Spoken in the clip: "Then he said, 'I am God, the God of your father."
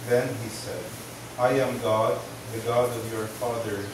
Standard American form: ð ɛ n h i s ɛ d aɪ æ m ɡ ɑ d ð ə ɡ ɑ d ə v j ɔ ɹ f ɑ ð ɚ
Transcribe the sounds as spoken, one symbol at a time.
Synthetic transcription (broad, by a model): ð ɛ n h i s ɛ d aɪ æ m ɡ ɑ d ð ə ɡ ɑ d ə v j ɔ ɹ f ɑ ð ɚ